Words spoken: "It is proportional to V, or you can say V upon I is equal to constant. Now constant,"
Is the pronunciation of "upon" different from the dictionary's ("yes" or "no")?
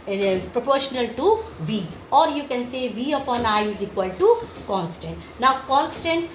no